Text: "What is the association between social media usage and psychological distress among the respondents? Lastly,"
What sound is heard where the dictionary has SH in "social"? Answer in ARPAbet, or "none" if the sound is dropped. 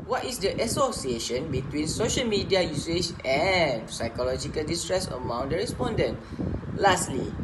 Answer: SH